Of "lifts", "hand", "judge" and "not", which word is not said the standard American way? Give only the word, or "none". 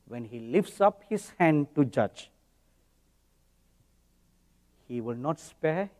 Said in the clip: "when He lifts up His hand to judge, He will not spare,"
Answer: none